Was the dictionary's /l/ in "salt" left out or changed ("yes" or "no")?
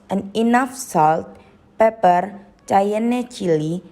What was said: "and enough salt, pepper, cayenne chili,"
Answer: no